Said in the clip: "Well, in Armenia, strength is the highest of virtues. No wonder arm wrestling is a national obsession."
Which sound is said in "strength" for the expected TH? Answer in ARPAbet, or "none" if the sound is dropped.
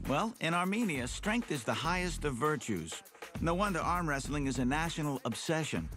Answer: TH